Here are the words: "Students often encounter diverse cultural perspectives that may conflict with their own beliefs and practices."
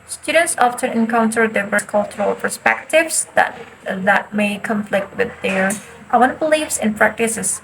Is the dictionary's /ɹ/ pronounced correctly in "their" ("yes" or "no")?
no